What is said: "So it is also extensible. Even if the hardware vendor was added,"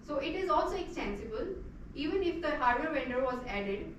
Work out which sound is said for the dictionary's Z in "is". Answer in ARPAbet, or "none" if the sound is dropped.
Z